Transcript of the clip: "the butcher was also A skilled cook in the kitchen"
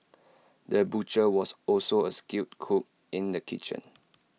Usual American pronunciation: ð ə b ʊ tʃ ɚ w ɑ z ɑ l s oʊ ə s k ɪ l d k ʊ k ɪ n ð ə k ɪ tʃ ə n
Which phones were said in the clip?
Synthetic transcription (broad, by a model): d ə b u tʃ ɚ w ɑ s ɑ l s oʊ ə s k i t k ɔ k ɪ n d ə k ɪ tʃ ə n